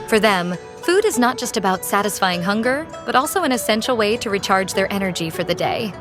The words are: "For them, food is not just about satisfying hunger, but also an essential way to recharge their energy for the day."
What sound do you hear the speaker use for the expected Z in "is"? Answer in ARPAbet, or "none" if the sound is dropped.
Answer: Z